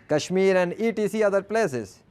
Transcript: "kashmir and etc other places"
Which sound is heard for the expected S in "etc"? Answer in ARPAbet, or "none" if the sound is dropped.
none